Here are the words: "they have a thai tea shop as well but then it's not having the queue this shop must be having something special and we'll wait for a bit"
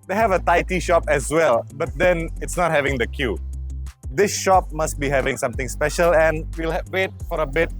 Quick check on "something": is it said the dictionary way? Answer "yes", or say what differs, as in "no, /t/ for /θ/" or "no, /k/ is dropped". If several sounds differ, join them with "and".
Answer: no, /t/ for /θ/